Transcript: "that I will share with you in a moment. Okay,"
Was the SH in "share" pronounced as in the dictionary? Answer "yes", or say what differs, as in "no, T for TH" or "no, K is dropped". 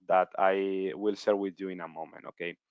no, S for SH